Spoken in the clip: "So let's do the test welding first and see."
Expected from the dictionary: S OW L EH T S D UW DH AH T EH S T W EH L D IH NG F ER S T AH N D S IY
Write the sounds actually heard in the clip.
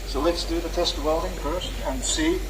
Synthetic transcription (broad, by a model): S OW L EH T S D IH DH AH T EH S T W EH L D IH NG P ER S AH N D S IY